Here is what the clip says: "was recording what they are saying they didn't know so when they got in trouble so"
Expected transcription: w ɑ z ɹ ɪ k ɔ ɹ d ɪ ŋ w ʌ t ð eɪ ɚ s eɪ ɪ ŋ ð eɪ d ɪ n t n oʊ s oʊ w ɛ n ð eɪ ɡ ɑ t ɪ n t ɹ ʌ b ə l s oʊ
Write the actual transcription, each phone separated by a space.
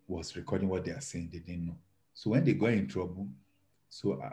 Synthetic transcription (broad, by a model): w ɑ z ɹ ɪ k ɔ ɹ d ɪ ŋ w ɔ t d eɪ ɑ s eɪ ɪ ŋ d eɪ d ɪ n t n oʊ s oʊ w ɛ n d eɪ ɡ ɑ ɪ n t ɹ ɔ b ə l s oʊ